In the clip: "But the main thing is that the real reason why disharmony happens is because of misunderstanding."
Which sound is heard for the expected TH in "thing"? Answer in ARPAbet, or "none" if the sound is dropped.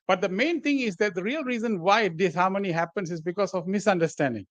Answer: T